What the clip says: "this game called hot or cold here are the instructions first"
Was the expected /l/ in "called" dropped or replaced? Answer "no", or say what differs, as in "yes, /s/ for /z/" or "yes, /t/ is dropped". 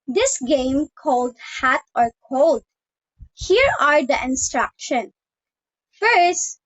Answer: no